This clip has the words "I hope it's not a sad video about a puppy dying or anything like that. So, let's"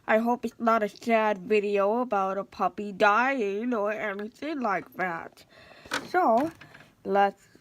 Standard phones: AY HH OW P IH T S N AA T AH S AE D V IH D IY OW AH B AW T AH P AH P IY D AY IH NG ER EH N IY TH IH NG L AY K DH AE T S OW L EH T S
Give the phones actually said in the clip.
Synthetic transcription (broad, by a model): AY HH OW P IH T S N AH T AH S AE D V IH D IY OW AH B AW T AH P AH P IY D AY IH NG ER EH N IY TH IH NG L AY K DH AE T S OW L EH T S